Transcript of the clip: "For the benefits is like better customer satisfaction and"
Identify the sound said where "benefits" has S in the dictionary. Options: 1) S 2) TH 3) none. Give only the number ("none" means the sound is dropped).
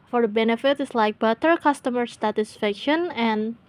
3